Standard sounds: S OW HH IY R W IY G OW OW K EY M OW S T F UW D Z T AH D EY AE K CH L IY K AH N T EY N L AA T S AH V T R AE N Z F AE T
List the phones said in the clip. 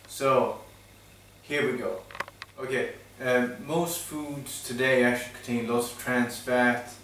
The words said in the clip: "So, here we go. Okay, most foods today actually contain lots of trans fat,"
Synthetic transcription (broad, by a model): S OW HH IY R W IY G OW OW K EY M OW S T F UW D Z T AH D EY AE K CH IY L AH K T EY N L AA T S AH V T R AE N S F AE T